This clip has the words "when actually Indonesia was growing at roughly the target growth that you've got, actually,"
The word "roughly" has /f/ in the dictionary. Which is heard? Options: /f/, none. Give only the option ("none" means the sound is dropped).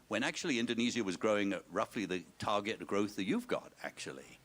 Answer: /f/